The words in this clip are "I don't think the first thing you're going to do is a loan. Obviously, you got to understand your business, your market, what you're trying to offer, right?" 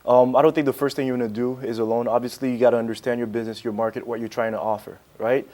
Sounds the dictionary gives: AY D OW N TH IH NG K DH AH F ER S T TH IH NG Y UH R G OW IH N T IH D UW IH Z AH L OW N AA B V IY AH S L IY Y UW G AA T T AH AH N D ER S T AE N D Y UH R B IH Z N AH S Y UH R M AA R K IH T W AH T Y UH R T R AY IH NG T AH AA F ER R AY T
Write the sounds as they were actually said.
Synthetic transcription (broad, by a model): AY D OW N TH IH NG K DH AH F ER S T TH IH NG Y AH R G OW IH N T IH D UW IH Z AH L OW N AA B V IY AH S L IY Y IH G AA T T AH AH N D ER S T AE N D Y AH R B IH Z N AH S Y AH R M AA R K IH T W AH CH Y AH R T R AY IH NG T AH AA F ER R AY T